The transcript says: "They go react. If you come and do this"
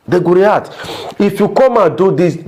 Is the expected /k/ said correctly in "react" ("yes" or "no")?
no